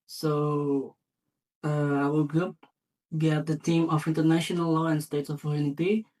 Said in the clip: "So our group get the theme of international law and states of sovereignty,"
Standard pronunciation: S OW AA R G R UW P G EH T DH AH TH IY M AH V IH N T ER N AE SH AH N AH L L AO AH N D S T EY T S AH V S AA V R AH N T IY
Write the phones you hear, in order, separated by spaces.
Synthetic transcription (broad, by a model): S OW AA L G R UW P G EH T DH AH T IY M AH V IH N T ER N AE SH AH N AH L L AO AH N S T EY T S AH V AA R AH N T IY